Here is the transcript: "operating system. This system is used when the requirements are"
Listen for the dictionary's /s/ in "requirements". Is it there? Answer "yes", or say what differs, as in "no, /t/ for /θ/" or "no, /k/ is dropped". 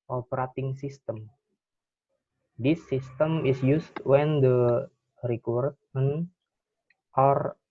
no, /s/ is dropped